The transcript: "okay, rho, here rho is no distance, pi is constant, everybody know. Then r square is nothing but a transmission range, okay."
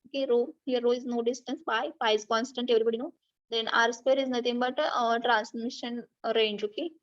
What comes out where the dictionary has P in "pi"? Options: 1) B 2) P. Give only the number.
1